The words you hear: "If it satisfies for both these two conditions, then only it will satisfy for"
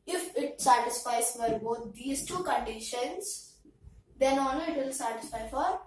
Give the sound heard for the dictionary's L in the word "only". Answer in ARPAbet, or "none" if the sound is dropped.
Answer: none